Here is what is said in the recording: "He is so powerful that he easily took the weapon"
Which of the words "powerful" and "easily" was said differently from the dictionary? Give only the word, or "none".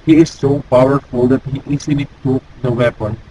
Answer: easily